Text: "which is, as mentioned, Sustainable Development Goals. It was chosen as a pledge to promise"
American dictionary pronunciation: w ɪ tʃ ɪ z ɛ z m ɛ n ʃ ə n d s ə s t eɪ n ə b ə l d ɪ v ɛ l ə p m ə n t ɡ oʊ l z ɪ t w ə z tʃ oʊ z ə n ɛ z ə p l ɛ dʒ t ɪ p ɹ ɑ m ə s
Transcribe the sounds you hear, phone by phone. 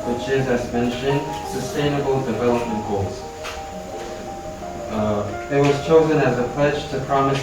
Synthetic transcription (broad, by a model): w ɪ tʃ ɪ z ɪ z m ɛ n ʃ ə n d s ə s t eɪ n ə b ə l d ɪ v ɛ l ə p m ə n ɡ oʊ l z ɪ t w ə z tʃ oʊ z ə n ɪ z ə p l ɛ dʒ t ɪ p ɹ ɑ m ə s